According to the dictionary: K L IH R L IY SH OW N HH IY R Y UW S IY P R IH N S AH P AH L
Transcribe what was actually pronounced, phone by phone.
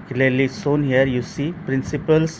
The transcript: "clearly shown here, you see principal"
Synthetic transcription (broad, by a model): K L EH L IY S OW N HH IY R Y UW S IY P R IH N S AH P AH L